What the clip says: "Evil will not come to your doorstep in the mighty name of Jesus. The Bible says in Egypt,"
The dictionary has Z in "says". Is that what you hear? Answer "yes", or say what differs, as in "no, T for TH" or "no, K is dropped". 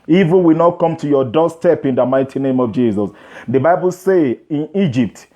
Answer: no, Z is dropped